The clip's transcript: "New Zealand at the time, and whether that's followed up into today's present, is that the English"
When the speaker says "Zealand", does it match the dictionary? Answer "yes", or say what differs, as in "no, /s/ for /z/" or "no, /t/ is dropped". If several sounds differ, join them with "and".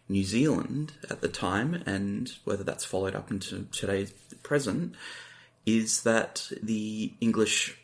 yes